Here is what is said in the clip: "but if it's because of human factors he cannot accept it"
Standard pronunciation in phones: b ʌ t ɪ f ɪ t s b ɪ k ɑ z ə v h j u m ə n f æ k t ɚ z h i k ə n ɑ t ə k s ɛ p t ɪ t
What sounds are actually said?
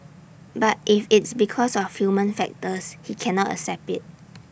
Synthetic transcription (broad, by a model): b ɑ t ɪ f ɪ t s b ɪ k ɑ s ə f h j u m ə n f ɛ k t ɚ s h i k ə n ɑ t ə s ɛ p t ɪ t